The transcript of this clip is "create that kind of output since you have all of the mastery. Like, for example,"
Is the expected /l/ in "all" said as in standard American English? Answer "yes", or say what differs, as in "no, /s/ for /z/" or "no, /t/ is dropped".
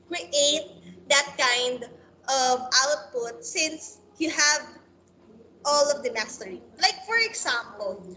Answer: yes